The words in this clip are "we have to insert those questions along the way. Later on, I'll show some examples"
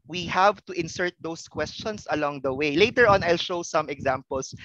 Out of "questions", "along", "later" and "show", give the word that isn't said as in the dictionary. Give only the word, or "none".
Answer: questions